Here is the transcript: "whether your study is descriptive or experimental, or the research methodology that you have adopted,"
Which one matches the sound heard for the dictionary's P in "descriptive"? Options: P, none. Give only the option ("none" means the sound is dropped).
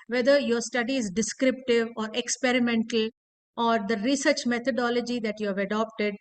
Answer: P